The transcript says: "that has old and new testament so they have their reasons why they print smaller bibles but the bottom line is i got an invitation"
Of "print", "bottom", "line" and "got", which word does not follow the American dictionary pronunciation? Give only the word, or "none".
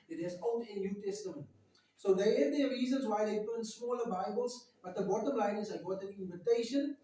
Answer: print